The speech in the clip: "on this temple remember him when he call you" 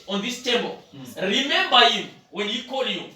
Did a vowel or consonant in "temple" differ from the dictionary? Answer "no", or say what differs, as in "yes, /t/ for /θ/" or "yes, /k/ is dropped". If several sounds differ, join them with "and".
yes, /b/ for /p/